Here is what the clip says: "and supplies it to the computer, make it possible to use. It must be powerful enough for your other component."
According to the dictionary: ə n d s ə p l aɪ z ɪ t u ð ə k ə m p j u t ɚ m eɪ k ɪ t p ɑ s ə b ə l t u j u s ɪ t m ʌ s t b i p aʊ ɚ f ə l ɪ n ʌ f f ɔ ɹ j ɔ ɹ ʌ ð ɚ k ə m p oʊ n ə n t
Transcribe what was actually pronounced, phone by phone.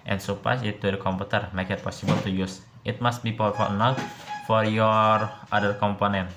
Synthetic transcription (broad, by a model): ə n s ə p aɪ s ɪ t u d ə k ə m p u t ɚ m eɪ k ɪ t p ɑ s ə b ə l t u j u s ɪ t m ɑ s t b i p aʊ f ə n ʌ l f ɔ ɹ j ɔ ɹ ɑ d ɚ k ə m p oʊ n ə n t